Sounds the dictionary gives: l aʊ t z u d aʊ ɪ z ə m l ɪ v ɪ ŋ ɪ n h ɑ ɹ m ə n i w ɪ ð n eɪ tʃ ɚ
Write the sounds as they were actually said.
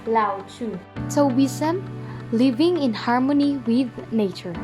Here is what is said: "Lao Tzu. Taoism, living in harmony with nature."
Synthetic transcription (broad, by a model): l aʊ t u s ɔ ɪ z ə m l ɪ v ɪ ŋ ɪ n h ɑ ɹ m ə n i w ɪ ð n eɪ tʃ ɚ